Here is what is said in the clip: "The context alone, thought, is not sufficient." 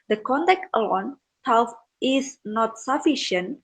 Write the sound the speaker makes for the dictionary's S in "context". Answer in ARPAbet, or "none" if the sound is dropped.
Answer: none